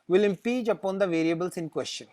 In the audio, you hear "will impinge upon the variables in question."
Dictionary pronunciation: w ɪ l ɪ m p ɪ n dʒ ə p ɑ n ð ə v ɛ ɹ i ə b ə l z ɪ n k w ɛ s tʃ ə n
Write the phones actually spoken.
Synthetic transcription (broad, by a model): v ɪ l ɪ m p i dʒ ə p ɑ n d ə v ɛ ɹ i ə b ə l s ɪ n k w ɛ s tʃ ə n